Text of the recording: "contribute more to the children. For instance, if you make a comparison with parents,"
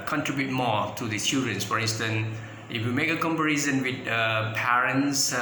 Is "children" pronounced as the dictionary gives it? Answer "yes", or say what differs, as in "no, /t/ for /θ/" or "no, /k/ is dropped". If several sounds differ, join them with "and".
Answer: no, /l/ is dropped